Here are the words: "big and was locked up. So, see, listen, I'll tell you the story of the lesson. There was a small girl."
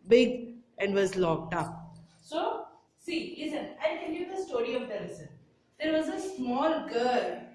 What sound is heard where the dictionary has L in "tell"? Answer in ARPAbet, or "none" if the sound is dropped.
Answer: N